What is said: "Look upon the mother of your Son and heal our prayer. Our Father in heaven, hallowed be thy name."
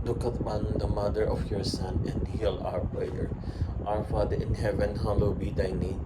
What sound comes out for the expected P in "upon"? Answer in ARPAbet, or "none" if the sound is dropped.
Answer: B